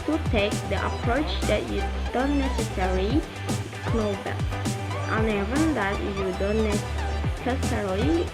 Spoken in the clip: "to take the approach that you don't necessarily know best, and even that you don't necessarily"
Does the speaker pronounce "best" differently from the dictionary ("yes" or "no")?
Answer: yes